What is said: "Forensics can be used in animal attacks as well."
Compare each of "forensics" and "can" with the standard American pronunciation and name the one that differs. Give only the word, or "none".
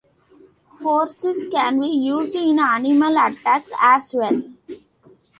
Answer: forensics